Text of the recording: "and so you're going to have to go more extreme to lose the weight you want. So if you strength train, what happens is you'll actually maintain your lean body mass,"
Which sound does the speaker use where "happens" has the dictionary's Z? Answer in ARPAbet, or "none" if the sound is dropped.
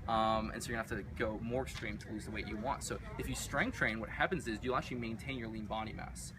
Z